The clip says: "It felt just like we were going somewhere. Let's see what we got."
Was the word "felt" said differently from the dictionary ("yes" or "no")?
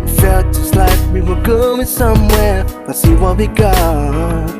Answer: no